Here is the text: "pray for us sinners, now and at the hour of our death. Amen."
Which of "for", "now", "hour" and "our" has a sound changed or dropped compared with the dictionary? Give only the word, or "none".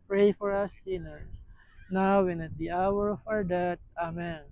none